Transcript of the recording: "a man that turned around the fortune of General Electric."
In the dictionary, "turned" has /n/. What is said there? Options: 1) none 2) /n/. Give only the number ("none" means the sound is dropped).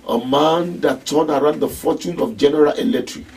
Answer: 1